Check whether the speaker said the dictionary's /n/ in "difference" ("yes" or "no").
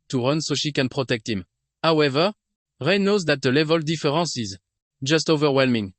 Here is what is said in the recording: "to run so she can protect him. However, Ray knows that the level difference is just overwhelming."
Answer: no